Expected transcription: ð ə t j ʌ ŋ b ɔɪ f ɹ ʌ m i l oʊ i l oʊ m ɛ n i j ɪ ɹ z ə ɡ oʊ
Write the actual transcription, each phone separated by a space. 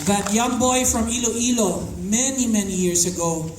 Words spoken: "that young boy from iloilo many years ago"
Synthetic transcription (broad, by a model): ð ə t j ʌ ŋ b ɔɪ f ɹ ʌ m i l oʊ i l oʊ m ɛ n i j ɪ ɹ s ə ɡ oʊ